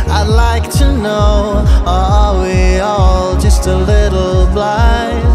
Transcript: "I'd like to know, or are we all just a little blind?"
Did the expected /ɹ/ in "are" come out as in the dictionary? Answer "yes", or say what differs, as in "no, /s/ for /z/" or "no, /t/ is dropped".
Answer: no, /l/ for /ɹ/